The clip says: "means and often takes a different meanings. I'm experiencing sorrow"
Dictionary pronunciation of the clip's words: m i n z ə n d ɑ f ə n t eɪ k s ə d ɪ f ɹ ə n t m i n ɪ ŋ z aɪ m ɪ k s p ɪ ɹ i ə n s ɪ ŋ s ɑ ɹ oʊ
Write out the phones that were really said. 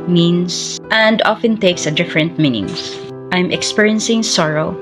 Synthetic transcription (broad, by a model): m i n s ə n d ɑ f ə n t eɪ k s ə d ɪ f ɹ ə n t m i n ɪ ŋ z aɪ m ɪ k s p ɪ ɹ i ə n s ɪ ŋ s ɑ ɹ oʊ